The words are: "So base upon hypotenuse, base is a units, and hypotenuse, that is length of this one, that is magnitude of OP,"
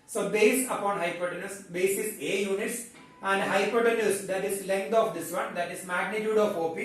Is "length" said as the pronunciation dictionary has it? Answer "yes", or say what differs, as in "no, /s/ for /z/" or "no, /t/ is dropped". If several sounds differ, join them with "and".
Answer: no, /t/ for /θ/